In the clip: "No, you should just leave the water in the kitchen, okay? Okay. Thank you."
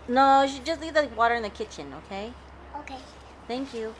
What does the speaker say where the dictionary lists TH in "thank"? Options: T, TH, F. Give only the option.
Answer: TH